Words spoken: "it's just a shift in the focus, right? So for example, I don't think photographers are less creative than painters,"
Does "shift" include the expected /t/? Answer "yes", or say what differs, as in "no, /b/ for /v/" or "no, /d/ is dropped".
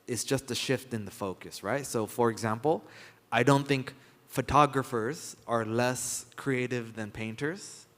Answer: yes